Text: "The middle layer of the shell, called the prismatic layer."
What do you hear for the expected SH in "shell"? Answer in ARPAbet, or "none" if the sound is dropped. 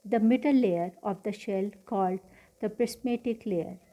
SH